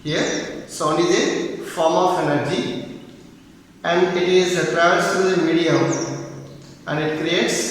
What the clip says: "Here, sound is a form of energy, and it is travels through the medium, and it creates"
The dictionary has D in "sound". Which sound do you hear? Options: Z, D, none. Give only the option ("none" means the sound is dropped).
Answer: none